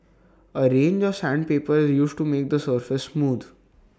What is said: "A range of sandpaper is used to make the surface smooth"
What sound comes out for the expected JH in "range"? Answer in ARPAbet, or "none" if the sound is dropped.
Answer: JH